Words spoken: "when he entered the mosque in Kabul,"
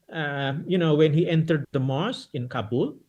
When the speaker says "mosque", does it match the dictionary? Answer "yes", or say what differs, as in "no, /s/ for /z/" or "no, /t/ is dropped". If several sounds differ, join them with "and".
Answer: no, /k/ is dropped